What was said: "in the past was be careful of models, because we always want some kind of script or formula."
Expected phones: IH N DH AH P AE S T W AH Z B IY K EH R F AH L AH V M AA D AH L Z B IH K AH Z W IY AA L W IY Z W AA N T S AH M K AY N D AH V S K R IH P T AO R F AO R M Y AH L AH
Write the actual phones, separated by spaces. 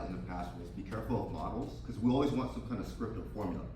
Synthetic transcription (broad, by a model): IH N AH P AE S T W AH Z B IY K EH R F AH L AH V M AA D L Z K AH Z W IY AA L W IY Z W AA N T S AH M K AY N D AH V S K R IH P T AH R F AO R M Y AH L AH